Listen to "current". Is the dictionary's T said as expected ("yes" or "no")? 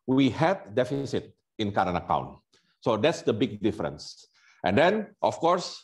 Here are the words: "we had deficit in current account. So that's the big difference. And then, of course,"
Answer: no